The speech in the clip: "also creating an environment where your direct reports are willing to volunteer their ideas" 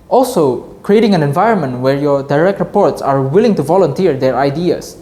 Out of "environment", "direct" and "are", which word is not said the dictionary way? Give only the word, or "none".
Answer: none